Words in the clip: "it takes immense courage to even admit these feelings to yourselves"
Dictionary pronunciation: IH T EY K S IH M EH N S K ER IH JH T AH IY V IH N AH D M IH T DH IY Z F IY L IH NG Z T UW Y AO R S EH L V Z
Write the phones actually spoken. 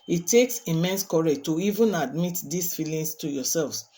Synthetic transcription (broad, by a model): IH T EY K S IH M EH N S K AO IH T AH IY V IH N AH D M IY T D IY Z F IY L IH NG S T UW Y AO S EH L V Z